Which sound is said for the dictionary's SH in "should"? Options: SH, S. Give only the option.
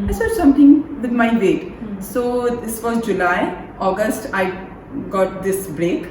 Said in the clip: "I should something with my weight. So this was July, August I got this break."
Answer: S